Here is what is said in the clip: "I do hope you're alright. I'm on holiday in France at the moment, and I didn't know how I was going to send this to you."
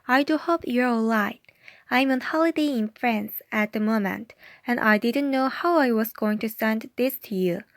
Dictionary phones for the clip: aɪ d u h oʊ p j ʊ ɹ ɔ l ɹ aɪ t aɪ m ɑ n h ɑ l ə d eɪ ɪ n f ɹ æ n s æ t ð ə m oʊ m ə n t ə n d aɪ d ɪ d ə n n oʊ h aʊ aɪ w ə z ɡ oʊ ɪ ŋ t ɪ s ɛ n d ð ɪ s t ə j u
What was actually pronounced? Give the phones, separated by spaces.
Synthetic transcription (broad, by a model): aɪ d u h oʊ p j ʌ ɹ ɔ l aɪ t aɪ m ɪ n h ɑ l ə d eɪ ɪ n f ɹ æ n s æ t ð ə m oʊ m ə n t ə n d aɪ d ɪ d n n oʊ h aʊ aɪ w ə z ɡ oʊ ɪ ŋ t ɪ s ɛ n d ð ɪ s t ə j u